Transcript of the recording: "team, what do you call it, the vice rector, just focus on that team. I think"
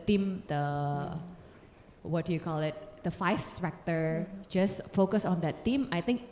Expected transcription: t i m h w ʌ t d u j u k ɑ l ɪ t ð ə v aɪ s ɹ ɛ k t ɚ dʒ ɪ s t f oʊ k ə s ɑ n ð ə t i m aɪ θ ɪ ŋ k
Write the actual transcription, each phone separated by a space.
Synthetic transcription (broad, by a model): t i m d w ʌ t d u j u k ɑ l ɪ t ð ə f aɪ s ɹ ɛ k t ɚ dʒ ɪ s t f oʊ k ə s ɑ n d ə t i m aɪ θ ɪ ŋ k